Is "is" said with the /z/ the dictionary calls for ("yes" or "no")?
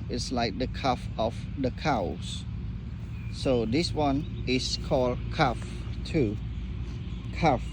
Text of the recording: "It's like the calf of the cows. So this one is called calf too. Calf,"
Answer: no